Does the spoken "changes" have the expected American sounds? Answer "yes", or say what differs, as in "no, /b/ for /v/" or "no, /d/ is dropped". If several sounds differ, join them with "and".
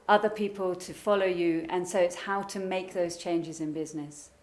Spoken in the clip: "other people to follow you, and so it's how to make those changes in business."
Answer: yes